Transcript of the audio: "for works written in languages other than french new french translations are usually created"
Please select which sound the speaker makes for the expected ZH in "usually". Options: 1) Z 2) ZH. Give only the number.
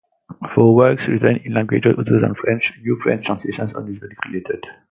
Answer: 1